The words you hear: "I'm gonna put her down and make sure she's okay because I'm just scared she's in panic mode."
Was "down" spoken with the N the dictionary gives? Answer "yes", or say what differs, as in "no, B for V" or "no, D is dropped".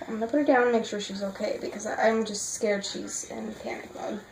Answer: no, N is dropped